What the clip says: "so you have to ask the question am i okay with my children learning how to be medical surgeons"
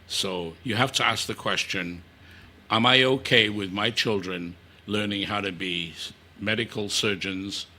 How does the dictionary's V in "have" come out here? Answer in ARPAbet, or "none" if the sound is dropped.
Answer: F